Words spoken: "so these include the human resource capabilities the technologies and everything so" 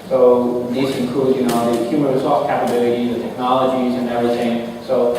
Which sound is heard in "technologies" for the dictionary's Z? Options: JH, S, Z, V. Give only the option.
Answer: Z